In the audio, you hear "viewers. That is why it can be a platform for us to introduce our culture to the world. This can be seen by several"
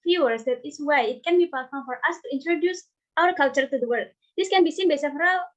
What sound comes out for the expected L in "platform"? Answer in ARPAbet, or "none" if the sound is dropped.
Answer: none